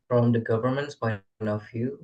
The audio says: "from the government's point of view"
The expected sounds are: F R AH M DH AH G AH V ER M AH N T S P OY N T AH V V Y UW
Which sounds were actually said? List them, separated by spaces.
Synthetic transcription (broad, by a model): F R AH M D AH G AH V ER M AH N T S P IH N AH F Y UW